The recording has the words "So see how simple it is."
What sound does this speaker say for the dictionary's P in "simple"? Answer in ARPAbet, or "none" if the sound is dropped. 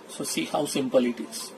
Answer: P